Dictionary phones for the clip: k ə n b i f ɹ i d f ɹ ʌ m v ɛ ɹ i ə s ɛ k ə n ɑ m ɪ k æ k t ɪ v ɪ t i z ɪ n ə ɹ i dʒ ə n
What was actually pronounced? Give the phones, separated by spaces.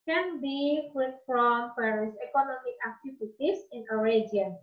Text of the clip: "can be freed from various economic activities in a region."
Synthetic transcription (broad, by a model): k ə n b i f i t f ɹ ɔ m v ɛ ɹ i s ɛ k ə n ɑ m ɪ k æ k t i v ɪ t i s ɪ n ə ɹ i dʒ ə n